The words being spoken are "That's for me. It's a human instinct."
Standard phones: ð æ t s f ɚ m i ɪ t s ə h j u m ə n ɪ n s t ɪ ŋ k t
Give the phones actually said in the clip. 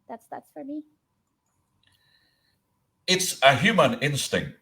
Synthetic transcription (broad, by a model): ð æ t s f ɚ m i ɪ t s ə h j u m ə n ɪ n s t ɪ ŋ k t